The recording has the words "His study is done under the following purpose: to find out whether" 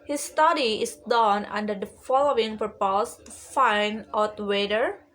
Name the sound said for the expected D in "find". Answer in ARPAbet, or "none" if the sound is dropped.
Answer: none